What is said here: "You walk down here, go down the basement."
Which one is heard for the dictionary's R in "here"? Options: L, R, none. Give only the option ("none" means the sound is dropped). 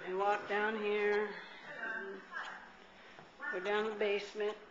R